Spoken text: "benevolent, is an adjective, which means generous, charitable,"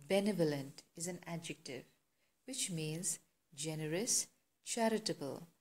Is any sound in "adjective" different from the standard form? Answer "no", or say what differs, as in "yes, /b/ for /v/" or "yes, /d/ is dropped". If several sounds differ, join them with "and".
no